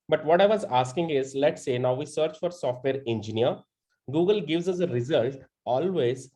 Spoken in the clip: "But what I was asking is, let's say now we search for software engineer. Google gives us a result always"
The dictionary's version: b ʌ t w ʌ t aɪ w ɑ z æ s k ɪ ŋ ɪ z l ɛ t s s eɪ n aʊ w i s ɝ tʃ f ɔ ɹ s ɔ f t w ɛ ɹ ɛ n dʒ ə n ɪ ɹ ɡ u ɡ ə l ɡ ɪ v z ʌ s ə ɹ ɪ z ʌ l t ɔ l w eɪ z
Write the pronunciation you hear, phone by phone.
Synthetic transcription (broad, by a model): b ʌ t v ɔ t aɪ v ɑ z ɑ s k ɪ ŋ ɪ z l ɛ t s s eɪ n aʊ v i s ɝ tʃ f ɔ ɹ s ɔ f t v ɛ ɹ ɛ n dʒ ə n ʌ ɹ ɡ u ɡ ə l ɡ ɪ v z ʌ s ə ɹ ɪ z ʌ l t ɔ l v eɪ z